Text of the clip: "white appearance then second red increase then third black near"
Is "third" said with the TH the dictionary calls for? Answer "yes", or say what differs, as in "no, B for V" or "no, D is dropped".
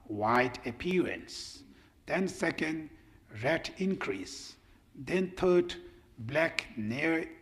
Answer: no, T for TH